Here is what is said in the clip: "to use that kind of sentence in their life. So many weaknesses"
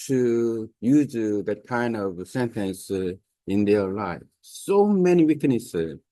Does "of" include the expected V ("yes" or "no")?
yes